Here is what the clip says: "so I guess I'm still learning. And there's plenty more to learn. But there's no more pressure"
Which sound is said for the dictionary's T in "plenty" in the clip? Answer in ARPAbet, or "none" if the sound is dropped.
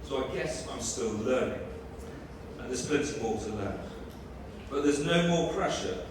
S